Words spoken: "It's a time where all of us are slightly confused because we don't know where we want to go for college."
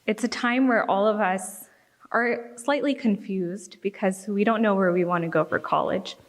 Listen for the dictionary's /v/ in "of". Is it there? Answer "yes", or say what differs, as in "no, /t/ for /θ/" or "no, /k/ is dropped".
yes